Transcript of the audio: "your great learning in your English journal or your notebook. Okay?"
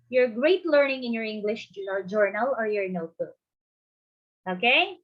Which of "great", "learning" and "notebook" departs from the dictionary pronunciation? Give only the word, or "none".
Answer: notebook